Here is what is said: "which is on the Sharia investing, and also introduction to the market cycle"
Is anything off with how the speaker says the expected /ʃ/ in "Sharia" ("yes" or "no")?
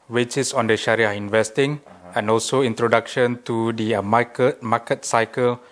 no